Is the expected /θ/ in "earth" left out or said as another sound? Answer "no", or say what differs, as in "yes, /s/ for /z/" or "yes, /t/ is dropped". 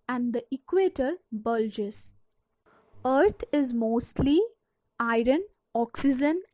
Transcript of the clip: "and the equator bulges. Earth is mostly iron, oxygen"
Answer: yes, /t/ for /θ/